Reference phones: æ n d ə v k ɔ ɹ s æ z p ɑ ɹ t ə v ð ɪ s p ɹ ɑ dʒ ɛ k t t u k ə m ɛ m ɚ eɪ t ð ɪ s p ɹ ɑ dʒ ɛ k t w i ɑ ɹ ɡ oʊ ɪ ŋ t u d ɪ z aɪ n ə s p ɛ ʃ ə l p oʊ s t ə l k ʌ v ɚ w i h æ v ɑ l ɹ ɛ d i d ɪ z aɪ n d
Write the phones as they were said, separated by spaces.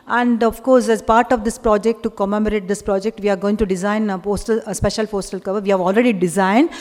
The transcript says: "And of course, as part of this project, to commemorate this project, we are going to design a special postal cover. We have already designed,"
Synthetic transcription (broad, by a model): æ n d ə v k ɔ ɹ s æ z p ɑ ɹ t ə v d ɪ s p ɹ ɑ dʒ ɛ k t t u k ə m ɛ m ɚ eɪ t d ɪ s p ɹ ɑ dʒ ɛ k t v i ɑ ɹ ɡ oʊ ɪ ŋ t u d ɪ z aɪ n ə s p ɛ ʃ ə l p oʊ s t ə l k ʌ v ɚ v i h æ v ɑ l ɹ ɛ d i d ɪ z aɪ n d